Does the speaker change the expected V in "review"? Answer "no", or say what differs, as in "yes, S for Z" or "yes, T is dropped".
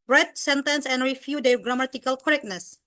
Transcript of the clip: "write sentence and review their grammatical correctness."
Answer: yes, F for V